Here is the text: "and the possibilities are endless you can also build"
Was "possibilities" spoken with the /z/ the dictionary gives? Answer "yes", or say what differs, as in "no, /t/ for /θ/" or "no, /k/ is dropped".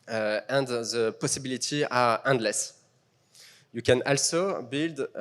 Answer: no, /z/ is dropped